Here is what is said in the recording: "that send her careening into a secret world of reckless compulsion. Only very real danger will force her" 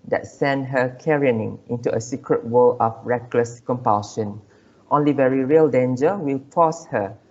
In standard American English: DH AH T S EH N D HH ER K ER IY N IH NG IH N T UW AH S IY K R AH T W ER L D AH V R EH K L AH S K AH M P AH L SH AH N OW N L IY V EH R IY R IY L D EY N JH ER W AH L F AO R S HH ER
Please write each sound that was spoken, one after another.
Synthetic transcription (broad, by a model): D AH T S EH N D HH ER K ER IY N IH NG IH N T UW AH S IY K R AH T W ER L AH F R EH K L AH S K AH M P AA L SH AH N OW N L IY V EH R IY R IY L D EY N JH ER W AH L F AO S HH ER